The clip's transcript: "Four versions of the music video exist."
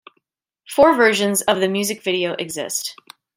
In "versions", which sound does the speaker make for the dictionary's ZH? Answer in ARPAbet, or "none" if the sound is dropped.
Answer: ZH